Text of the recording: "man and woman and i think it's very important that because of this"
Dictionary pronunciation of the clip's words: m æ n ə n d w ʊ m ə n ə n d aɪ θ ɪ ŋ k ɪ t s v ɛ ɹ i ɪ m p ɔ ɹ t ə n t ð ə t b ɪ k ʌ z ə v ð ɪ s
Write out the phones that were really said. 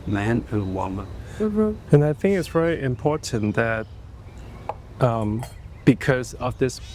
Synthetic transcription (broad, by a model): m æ n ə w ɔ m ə ə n aɪ θ ɪ ŋ k ɪ t s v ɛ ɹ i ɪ m p ɔ ɹ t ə n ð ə t b ɪ k ʌ z ə v ð ɪ s